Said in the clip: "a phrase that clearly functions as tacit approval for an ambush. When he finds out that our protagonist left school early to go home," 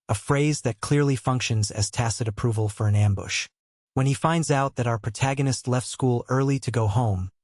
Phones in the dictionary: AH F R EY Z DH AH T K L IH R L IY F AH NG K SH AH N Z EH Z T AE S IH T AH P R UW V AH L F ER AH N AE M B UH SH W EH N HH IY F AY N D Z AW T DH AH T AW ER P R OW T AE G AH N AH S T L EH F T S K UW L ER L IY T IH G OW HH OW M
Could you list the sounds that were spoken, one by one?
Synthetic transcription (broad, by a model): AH F R EY Z DH AH T K L IH R L IY F AH NG K SH AH N Z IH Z T AE S IH T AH P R UW V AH L F ER AH N AE M B UH SH W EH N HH IY F AY N D Z AW T DH AH T AW ER P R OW T AE G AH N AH S T L EH F T S K UW L ER L IY T IH G OW HH OW M